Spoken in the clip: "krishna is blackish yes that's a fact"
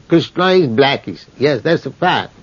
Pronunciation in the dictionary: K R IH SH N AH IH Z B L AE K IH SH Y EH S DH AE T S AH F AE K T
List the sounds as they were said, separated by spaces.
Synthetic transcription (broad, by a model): K R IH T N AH IH Z B L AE K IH S Y EH S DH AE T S AH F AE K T